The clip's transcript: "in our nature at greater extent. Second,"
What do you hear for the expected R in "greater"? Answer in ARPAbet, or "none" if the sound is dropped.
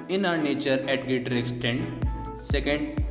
none